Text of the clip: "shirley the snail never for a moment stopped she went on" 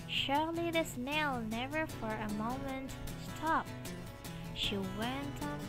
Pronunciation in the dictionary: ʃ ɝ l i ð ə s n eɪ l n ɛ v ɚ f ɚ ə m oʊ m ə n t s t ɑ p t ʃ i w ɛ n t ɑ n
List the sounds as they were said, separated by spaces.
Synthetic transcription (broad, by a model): ʃ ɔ l i ð ə s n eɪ l n ɛ v ɚ f ɚ ə m oʊ m ə n t s t ɑ p t ʃ i w ɛ n t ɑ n